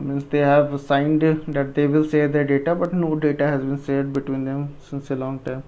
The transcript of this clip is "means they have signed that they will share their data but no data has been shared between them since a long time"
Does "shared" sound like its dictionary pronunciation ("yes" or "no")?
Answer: no